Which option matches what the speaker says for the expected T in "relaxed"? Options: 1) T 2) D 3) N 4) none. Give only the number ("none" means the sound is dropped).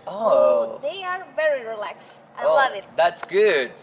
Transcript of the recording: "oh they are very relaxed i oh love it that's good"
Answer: 4